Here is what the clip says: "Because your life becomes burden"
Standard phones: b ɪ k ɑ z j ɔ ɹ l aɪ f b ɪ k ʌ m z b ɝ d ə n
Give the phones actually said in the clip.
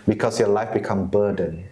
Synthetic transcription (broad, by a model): b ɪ k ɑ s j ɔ l aɪ f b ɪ k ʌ m b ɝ d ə n